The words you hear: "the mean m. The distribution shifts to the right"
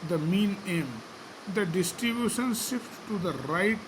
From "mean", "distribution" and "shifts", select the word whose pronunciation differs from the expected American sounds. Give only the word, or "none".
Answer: shifts